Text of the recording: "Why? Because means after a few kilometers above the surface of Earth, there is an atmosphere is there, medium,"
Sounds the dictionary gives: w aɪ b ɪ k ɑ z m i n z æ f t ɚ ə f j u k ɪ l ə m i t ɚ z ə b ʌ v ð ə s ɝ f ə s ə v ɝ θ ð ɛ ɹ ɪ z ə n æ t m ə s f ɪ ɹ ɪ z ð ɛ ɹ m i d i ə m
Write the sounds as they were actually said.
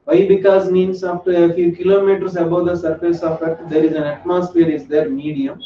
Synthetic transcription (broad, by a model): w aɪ b ɪ k ɑ z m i n s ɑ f t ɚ ə f j u k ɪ l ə m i t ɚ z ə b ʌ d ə s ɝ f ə s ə f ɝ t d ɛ ɹ ɪ z ə n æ t m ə s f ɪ ɹ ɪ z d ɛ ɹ m i d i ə m